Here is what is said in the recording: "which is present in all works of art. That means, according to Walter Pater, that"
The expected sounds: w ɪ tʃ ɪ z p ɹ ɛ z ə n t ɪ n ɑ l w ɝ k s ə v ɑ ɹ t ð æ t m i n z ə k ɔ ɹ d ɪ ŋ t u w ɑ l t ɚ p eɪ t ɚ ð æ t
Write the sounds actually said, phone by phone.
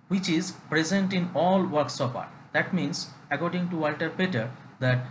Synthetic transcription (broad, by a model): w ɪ tʃ ɪ z p ɹ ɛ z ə n t ɪ n ɑ l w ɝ k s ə p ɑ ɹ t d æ t m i n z ə k ɔ ɹ d ɪ ŋ t u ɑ l t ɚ p eɪ t ɚ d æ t